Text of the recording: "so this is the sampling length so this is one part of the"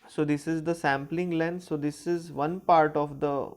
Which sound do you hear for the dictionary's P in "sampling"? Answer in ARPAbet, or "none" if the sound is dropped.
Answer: P